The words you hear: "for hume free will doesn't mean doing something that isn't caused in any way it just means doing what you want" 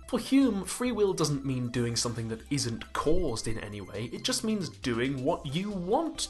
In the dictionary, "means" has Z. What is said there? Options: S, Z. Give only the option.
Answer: Z